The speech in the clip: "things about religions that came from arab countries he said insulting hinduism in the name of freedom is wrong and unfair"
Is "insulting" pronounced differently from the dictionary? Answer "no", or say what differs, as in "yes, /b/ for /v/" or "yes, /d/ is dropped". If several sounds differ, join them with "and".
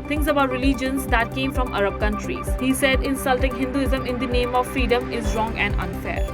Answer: no